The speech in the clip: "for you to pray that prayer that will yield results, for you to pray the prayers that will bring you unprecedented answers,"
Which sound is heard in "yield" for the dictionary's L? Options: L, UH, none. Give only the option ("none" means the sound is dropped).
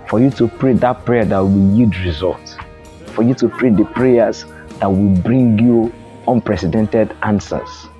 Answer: none